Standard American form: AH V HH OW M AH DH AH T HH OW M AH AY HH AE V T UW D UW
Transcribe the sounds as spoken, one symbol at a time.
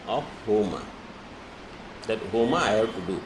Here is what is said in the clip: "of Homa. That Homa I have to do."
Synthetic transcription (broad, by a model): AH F HH OW M AH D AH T HH OW M AH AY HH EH B T UW D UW